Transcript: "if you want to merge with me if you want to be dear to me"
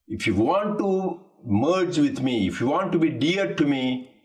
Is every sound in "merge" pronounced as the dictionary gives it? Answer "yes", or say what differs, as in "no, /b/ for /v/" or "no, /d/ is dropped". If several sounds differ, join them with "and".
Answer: yes